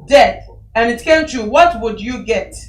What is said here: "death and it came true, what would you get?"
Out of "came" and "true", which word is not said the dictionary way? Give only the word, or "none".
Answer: true